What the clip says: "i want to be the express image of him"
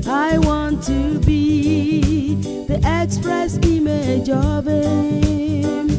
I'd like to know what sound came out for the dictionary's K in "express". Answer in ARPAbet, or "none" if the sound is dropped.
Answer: K